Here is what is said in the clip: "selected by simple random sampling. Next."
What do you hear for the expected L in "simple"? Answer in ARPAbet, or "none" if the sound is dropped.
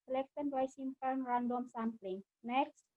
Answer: N